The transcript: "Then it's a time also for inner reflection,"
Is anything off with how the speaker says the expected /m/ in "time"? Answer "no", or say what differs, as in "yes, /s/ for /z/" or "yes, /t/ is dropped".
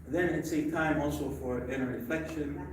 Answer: no